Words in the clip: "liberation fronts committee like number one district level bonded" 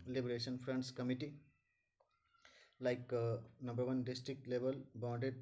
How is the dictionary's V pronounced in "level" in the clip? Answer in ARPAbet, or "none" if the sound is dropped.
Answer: B